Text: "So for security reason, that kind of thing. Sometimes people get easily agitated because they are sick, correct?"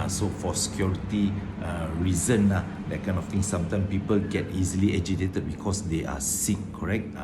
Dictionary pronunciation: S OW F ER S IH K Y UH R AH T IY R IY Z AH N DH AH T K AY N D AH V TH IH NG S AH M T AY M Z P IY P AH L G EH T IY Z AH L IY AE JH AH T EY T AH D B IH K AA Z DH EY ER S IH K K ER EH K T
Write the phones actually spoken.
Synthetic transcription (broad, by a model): S OW F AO S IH K Y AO R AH T IY R IY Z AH N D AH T K AY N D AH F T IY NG S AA M T AY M S P IY P AH L G EH T IY Z AH L IY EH JH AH T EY T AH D B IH K AA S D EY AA S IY K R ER EH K T